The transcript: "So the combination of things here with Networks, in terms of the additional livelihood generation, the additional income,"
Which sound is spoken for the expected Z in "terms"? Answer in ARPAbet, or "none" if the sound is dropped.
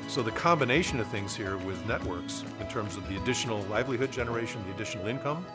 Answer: Z